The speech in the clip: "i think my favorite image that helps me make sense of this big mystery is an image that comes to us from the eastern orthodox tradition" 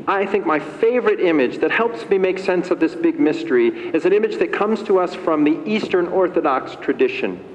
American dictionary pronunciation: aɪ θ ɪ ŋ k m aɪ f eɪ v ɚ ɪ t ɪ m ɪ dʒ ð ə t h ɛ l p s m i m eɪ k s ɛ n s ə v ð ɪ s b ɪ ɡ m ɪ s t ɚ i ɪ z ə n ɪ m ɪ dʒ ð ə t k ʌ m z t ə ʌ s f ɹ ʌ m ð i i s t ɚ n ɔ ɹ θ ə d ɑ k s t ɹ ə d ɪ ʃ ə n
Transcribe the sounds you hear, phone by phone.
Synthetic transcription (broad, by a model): aɪ θ ɪ ŋ k m aɪ f eɪ v ɚ ɪ t ɪ m ɪ dʒ ð ə t h ɛ l p s m i m eɪ k s ɛ n s ə v ð ɪ s b ɪ ɡ m ɪ s t ɚ i ɪ z ə n ɪ m ɪ dʒ ð ə t k ʌ m z t ə ʌ s f ɹ ʌ m ð i i s t ɚ n ɔ ɹ θ ə d ɑ k s t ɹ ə d ɪ ʃ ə n